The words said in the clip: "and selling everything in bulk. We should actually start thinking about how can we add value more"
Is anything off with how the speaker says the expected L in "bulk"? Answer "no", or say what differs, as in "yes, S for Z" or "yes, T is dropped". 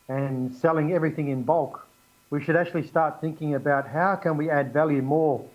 no